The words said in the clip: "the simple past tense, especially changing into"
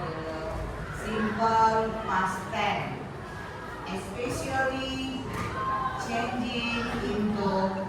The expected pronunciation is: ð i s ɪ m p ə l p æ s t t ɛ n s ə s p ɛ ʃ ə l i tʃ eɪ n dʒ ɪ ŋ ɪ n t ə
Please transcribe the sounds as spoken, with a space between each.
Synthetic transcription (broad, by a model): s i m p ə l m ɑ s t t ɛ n ə s p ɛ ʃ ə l i tʃ eɪ n dʒ ɪ ŋ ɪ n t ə